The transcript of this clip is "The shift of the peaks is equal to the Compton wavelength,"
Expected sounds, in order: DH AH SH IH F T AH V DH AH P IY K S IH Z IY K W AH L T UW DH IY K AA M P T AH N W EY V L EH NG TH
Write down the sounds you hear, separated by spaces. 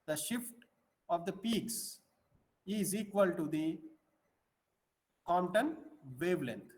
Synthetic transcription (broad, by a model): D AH SH IH F T AH V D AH P IY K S IH Z IY K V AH L T UW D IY K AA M T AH N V EY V L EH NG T